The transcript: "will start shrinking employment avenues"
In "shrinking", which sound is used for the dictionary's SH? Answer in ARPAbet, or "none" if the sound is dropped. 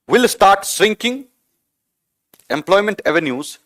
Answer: S